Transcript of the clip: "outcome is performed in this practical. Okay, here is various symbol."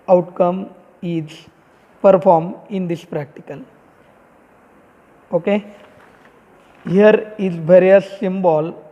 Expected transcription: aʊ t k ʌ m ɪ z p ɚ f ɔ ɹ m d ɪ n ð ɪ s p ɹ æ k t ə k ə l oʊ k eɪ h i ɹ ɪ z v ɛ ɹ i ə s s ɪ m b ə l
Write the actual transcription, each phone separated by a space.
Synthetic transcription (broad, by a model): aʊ t k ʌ m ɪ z p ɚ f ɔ ɹ m ɪ n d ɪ s p ɹ æ k t ə k ə l oʊ k eɪ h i ɹ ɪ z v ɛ ɹ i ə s s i m b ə l